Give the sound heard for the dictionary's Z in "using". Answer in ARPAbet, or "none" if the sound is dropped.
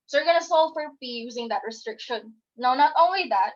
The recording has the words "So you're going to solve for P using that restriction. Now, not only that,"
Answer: Z